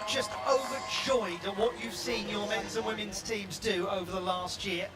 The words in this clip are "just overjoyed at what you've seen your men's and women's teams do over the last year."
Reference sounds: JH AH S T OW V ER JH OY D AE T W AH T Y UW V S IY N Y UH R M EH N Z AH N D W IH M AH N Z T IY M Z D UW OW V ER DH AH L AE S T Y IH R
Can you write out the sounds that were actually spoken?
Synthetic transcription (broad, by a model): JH AH S T OW V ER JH OY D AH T W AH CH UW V S IY N Y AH R M EH N Z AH N W IH M AH N Z T IY M Z D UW OW V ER DH AH L AE S T Y IH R